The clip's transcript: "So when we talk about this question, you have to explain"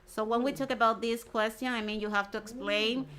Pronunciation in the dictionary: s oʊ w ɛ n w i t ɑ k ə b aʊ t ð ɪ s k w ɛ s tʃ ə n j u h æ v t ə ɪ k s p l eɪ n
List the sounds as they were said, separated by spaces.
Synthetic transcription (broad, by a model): s oʊ w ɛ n w i t ɑ k ə b aʊ t ð ɪ s k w ɛ s tʃ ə n j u h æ f t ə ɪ k s p l eɪ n